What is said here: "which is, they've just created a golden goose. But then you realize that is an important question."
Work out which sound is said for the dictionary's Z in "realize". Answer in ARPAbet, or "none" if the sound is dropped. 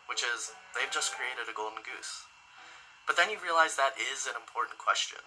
Z